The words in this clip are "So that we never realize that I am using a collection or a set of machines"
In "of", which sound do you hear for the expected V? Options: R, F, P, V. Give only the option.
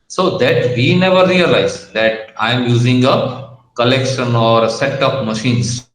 P